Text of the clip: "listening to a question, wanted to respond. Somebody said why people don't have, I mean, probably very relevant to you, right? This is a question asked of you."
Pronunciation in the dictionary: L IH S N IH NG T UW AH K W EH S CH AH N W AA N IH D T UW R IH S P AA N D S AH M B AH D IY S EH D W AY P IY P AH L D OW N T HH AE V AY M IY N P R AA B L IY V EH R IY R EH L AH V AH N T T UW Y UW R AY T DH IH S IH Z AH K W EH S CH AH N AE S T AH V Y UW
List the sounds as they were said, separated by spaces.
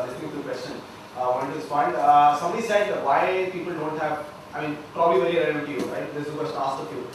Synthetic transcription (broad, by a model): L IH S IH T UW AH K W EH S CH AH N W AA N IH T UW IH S F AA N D S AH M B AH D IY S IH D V AY P IY P AH L D OW N T HH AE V AY M IY N P R AA B L IY V EH R IY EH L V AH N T T UW Y UW R AY T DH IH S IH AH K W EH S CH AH S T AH F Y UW